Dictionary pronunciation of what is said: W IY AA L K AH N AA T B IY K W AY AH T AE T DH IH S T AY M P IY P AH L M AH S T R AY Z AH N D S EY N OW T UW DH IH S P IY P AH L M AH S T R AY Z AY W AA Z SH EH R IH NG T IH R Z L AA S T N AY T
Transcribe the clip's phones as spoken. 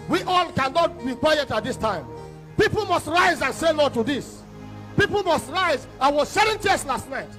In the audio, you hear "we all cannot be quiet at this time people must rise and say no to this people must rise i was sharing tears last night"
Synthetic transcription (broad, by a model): W IY AA L K AH N AA T B IY K W AY AH T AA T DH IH S T AY M P IY P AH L M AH S T R AY Z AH N S EY L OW T UW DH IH S P IY P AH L M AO S T R AY Z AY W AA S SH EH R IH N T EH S L AA S T N AY T